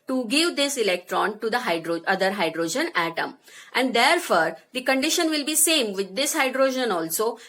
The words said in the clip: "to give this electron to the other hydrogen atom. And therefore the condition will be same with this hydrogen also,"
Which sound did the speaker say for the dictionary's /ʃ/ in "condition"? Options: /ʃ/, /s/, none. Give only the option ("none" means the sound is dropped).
/ʃ/